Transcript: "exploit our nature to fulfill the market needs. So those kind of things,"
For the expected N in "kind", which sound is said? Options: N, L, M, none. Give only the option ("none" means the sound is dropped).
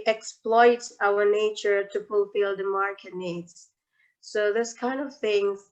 N